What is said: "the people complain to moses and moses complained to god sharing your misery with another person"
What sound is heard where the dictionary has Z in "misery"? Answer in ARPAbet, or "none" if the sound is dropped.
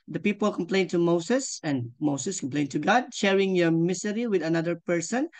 S